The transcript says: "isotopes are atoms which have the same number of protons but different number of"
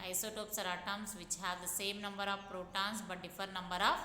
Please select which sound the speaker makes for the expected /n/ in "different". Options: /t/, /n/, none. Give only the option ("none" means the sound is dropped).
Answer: none